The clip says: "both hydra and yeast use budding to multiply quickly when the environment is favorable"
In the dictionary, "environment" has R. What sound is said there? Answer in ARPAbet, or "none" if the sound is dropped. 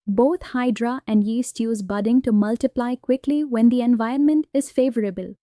none